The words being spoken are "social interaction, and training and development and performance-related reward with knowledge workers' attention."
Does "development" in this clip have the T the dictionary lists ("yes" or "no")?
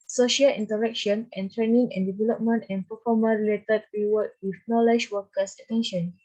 yes